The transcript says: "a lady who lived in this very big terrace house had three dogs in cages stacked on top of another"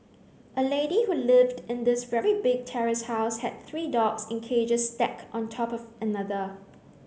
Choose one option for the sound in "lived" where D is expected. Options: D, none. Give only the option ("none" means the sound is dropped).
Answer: D